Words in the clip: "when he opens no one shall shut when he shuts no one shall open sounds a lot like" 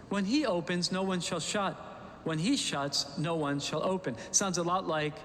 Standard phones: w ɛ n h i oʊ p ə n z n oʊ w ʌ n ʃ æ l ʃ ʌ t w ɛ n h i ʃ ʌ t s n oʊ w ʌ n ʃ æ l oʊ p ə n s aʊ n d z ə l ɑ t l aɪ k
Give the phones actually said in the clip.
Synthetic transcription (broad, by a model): w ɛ n i oʊ p ə n z n oʊ w ʌ n ʃ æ l ʃ ʌ t w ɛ n i ʃ ʌ t s n oʊ w ʌ n ʃ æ l oʊ p ə n s aʊ n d z ə l ɑ t l aɪ k